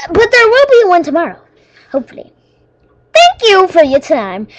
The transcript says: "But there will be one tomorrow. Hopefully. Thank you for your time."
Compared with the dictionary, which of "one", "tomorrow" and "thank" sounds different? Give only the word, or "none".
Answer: none